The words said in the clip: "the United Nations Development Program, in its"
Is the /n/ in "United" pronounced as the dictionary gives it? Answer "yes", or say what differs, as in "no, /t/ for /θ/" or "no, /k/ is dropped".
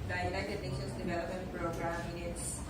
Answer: no, /n/ is dropped